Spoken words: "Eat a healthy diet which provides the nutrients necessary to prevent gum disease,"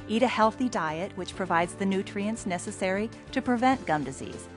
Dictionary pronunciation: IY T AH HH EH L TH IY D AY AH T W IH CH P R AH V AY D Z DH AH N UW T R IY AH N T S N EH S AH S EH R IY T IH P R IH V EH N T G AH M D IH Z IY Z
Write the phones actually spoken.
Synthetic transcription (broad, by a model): IY T AH HH EH L TH IY D AY AH T W IH CH P R AH V AY D Z DH AH N UW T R IY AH N T S N EH S AH S EH R IY T IH P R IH V EH N G AH M D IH Z IY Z